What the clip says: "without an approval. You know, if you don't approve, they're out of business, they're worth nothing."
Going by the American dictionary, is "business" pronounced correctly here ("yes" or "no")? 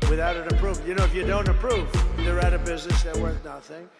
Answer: yes